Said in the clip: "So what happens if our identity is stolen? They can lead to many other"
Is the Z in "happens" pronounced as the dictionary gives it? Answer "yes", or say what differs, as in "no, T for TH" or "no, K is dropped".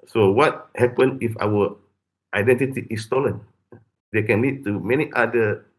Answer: no, Z is dropped